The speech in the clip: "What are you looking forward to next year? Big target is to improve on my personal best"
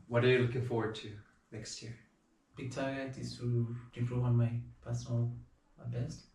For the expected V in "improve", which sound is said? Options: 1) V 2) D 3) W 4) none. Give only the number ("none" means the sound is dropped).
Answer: 4